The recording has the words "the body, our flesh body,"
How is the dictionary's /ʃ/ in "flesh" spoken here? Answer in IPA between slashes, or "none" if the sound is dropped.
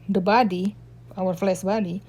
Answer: /s/